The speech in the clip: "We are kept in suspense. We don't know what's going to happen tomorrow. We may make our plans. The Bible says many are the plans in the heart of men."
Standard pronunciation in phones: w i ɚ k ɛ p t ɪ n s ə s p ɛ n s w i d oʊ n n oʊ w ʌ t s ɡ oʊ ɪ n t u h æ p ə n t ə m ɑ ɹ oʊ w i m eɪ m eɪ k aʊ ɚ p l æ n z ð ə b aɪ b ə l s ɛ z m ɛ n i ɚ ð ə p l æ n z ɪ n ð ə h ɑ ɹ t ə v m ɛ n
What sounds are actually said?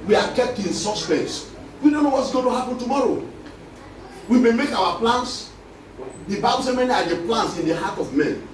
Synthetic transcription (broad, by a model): w i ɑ k ɛ p t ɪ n s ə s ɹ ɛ s w i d oʊ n n oʊ w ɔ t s ɡ oʊ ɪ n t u h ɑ p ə n t ə m ɑ ɹ oʊ w i m eɪ m eɪ k aʊ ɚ p l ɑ n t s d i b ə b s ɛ m ɛ n i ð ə p l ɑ n s ɪ n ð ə h ɑ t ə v m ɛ n